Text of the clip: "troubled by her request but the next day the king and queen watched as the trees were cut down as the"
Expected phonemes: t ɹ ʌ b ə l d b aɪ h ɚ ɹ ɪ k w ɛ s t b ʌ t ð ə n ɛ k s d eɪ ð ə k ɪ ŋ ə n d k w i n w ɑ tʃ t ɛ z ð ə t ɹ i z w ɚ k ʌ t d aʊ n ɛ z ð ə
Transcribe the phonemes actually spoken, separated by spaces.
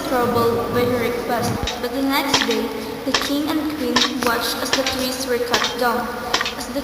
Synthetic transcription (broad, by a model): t ɹ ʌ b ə l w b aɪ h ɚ ɹ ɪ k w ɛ s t b ʌ t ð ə n ɛ k s d eɪ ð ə k ɪ ŋ ə n d k w i n w ɑ tʃ t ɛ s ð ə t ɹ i s w ɚ k ʌ t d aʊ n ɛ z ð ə